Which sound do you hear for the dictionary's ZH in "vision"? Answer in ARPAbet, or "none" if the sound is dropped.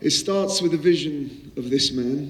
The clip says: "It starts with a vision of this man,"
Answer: ZH